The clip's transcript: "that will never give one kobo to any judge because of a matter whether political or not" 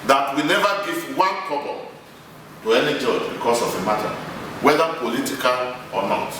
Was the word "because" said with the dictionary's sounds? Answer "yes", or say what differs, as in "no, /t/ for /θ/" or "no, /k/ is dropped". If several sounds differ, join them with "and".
no, /s/ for /z/